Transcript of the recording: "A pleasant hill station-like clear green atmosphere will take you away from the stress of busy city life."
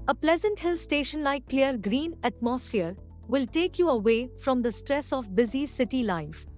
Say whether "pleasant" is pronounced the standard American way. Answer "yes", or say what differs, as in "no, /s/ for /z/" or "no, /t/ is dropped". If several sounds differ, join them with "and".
yes